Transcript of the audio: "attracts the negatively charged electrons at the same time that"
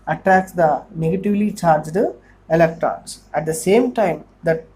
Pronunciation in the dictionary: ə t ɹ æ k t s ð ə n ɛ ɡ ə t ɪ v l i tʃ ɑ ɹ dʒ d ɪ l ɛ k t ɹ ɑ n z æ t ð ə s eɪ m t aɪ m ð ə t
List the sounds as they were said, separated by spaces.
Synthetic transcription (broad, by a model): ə t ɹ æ k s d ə n ɛ ɡ ə t ɪ v l i tʃ ɑ ɹ dʒ d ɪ l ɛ k t ɹ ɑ n s æ t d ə s eɪ m t aɪ m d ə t